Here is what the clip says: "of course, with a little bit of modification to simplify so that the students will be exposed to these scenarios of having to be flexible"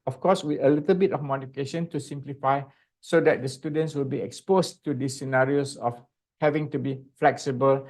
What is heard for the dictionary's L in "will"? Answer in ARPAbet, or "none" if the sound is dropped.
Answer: L